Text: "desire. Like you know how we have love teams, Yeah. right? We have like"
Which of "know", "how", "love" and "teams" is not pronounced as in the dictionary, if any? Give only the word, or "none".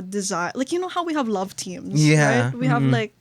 none